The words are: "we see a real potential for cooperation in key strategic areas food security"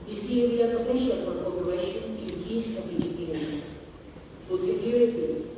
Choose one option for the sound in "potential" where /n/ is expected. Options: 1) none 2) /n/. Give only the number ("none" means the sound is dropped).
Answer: 1